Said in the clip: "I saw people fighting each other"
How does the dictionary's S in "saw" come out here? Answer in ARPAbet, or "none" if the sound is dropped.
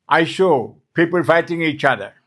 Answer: SH